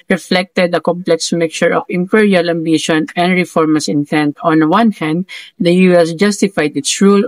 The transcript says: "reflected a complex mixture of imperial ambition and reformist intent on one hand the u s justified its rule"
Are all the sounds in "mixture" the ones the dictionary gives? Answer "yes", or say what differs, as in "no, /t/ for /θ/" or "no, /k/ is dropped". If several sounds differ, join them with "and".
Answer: no, /s/ is dropped